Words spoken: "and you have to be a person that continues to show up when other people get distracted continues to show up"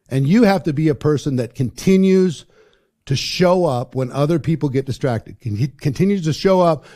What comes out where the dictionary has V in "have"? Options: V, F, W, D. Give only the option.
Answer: F